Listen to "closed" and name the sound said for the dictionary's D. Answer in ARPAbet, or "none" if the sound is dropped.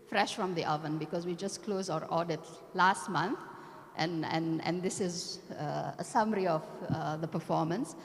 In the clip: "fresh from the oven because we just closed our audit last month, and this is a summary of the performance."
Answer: none